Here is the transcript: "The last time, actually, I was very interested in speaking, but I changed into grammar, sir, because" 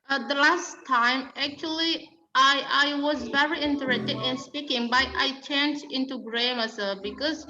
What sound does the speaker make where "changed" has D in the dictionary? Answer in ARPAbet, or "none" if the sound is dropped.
none